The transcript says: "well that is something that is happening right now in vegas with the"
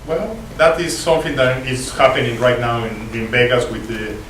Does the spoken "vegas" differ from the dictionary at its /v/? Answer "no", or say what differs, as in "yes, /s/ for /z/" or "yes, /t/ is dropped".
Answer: yes, /b/ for /v/